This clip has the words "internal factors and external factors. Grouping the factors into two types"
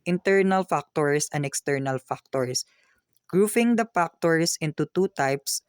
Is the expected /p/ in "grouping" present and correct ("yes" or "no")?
no